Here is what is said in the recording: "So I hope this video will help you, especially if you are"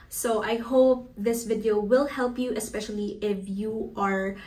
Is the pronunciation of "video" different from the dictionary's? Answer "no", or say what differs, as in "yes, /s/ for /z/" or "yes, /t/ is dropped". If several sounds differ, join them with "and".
no